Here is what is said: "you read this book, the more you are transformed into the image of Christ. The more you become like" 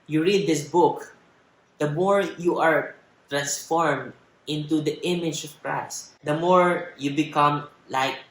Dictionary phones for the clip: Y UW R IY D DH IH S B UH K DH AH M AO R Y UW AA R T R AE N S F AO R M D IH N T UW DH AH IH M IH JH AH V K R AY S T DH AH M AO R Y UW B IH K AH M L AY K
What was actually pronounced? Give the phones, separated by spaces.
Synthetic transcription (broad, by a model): Y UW R IY D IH S B UH K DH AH M AO R Y UW AA R T R AE N S F AO R M D IH N T UW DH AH IH M IH JH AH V K R AY S T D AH M AO R Y UW B IH K AH M L AY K